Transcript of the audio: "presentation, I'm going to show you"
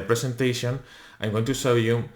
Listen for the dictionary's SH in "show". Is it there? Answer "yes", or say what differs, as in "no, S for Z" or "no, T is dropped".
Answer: no, S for SH